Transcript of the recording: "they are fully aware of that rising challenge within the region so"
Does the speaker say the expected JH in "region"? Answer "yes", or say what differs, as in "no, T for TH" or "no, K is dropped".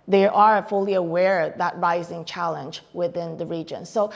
yes